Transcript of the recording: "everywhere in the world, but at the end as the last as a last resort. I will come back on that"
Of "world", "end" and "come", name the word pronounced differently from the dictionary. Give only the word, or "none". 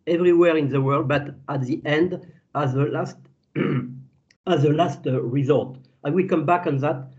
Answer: none